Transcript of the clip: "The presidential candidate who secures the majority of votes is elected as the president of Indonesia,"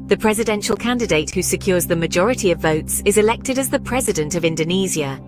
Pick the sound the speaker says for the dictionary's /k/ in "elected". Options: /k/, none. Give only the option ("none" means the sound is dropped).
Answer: /k/